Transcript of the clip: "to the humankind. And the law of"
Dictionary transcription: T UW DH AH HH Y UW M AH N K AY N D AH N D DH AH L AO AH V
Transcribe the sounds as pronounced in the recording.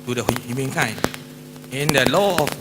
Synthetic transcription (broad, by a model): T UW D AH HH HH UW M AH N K AY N AH N D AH L AO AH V